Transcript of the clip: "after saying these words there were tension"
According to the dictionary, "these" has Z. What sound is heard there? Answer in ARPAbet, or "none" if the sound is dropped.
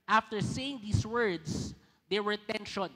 S